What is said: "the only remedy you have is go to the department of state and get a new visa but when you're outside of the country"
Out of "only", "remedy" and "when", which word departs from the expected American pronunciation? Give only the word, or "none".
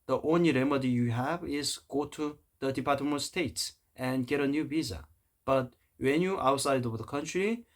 none